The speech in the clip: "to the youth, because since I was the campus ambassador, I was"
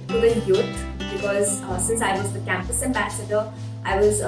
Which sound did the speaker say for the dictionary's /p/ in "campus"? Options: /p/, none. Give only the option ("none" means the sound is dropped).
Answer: /p/